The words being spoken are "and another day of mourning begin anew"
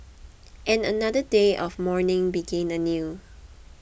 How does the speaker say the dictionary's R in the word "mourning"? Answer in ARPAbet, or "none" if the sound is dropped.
R